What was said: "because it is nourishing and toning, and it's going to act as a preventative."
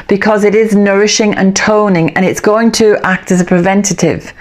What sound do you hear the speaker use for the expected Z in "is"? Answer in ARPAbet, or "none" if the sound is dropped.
Z